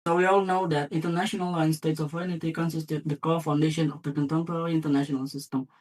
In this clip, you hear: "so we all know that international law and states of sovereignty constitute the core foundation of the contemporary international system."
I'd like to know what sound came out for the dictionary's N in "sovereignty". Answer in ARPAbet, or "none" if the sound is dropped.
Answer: none